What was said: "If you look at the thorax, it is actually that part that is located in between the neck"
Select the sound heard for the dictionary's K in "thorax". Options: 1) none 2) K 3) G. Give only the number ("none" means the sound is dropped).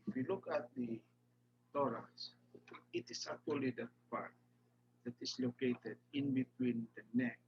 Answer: 1